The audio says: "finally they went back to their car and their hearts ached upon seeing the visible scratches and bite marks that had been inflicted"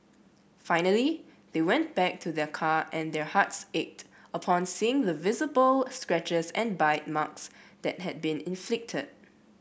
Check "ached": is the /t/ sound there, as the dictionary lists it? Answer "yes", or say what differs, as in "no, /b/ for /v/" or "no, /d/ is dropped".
yes